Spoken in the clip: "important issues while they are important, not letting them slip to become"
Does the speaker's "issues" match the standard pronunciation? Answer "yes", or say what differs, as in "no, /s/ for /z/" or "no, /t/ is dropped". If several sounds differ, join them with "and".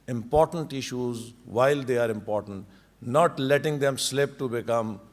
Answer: yes